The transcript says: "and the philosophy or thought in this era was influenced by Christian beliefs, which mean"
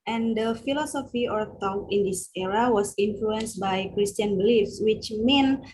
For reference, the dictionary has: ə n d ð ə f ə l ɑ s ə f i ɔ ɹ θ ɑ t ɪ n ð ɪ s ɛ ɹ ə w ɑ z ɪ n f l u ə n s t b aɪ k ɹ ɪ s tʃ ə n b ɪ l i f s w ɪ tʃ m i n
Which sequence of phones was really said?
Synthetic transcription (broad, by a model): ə n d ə f ə l ɑ s ə f i ɔ ɹ t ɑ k ɪ n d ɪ s ɛ ɹ ə w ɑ s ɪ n f l u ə n s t b aɪ k ɹ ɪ s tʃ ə n b ɪ l i f s w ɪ tʃ m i n